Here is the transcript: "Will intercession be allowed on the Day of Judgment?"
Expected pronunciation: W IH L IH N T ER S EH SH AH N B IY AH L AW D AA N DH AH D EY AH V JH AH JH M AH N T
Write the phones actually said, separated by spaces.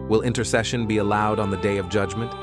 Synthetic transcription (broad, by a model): W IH L IH N T ER S EH SH AH N B IY AH L AW D N DH AH D EY AH V JH AH JH M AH N T